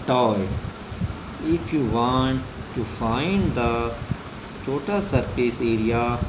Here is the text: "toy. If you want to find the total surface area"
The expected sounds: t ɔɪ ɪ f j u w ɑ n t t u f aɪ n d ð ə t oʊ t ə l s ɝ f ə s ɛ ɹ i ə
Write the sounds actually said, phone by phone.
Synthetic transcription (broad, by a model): t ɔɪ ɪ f j u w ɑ n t t u f aɪ n d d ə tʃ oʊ t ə s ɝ p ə s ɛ ɹ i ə